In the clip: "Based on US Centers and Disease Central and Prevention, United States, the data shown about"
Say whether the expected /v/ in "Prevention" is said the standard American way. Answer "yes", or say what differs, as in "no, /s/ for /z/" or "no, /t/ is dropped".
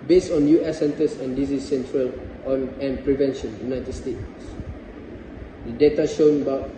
yes